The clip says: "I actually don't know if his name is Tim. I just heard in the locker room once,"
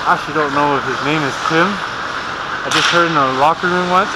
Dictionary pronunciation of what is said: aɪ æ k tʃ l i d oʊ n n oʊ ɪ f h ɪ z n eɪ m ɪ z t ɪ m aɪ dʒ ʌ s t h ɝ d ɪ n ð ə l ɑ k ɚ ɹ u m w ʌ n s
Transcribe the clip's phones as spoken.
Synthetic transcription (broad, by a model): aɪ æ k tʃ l i d oʊ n n oʊ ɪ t h ɪ z n eɪ m ɪ z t ɪ m aɪ dʒ ʌ s t h ɝ d ɪ n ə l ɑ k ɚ ɹ u m w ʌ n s